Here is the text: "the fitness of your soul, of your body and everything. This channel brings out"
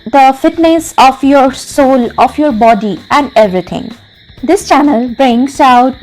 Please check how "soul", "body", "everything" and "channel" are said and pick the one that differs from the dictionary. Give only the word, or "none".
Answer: everything